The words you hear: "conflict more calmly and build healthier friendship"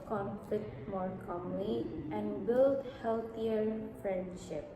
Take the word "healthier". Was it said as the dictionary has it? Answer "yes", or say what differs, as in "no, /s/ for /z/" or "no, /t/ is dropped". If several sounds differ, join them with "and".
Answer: no, /t/ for /θ/